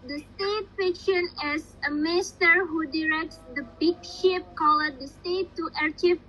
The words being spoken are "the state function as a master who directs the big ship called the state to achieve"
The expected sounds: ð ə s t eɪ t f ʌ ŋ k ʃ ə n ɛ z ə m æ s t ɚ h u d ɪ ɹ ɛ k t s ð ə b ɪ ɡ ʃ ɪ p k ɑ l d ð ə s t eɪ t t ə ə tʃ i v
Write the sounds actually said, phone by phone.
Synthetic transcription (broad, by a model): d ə s t eɪ t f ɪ k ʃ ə n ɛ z ə m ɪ s t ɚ h u d ɪ ɹ ɛ k t s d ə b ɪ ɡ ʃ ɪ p k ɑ l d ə s t eɪ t t ə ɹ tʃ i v